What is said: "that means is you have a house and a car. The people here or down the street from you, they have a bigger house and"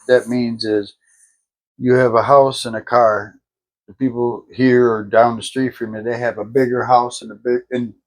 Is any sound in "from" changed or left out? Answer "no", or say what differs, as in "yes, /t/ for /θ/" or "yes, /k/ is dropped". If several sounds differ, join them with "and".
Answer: no